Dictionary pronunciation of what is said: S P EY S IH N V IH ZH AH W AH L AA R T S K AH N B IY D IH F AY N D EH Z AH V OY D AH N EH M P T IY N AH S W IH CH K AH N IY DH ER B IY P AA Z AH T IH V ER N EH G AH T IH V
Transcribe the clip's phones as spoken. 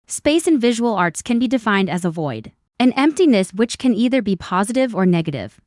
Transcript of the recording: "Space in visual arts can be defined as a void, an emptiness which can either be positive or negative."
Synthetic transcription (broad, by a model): S P EY S IH N V IH ZH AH W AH L AA R T S K AH N B IY D IH F AY N D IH Z AH V OY D AH N EH M P T IY N AH S W IH CH K AH N IY DH ER B IY P AA Z AH T IH V ER N EH G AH T IH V